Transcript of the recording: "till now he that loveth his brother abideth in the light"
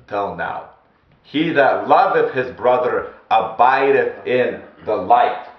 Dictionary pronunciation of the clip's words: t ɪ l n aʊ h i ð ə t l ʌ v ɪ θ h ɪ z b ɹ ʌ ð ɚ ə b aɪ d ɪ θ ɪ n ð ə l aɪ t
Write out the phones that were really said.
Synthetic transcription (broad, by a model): t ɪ l n aʊ h i ð ə t l ʌ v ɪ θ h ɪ z b ɹ ʌ ð ɚ ə b aɪ d ɪ θ ɪ n ð ə l aɪ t